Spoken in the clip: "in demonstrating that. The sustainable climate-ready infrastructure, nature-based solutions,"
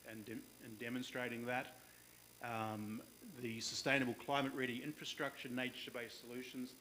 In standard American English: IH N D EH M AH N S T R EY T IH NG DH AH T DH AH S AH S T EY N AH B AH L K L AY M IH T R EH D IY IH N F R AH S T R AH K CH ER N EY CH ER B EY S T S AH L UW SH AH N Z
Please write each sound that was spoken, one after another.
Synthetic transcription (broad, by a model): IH N D EH M AH N S T R EY T IH NG DH AH T DH AH S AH S T EY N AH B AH L K L AY M IH T R EH D IY IH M F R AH S T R AH K CH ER N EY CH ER B EY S S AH L UW SH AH N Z